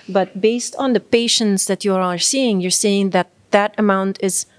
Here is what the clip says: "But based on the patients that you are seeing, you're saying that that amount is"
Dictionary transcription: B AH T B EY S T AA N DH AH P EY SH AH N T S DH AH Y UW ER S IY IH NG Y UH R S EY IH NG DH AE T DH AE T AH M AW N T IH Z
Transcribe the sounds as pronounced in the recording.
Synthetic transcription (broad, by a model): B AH T B EY S T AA N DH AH P EY SH AH N T S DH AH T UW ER S IY IH NG Y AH R S EY IH NG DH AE T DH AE T AH M AW N T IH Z